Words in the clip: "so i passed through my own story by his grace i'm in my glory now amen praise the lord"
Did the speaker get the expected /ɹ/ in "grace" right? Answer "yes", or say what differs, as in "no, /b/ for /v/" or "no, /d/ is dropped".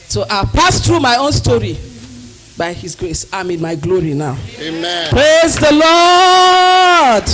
yes